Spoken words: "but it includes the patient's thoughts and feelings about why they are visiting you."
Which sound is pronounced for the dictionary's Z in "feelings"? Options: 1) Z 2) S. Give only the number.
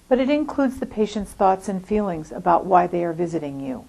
1